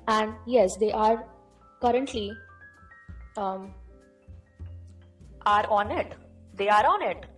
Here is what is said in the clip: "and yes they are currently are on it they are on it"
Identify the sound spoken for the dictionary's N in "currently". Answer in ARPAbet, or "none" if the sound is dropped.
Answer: N